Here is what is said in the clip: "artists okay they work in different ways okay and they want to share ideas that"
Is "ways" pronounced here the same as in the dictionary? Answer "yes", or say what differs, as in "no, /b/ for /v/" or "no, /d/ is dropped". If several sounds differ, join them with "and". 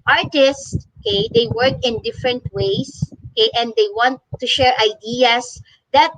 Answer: no, /s/ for /z/